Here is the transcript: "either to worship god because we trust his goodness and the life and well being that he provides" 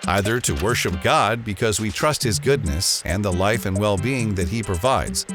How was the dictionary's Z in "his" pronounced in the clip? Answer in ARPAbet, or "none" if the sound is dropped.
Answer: Z